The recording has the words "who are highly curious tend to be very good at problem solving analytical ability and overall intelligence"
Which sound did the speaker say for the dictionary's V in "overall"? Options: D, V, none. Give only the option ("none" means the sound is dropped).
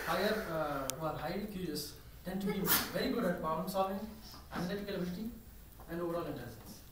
V